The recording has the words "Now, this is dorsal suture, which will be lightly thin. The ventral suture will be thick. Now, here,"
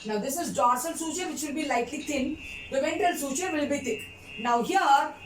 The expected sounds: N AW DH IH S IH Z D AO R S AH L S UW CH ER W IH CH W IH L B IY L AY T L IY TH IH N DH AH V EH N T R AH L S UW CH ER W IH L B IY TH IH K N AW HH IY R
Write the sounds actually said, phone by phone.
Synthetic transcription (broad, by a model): N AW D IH S IH Z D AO R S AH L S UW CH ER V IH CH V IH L B IY L AY T L IY T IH N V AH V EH N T AH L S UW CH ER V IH L B IY T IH K N AW HH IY R